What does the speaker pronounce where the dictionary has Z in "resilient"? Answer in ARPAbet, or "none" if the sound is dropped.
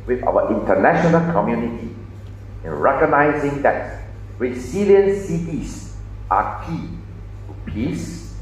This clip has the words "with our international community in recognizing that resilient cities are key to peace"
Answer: S